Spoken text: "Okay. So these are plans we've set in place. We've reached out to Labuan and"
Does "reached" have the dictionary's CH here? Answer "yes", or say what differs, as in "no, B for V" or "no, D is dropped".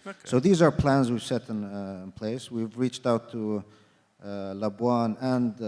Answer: yes